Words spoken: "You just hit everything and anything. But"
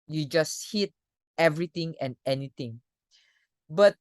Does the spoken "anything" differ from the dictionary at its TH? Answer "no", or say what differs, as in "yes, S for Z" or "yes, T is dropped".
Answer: yes, T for TH